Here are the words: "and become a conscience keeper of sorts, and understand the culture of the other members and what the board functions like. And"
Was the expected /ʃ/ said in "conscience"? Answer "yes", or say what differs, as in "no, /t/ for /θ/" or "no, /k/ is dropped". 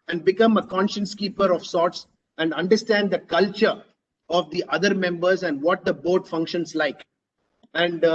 yes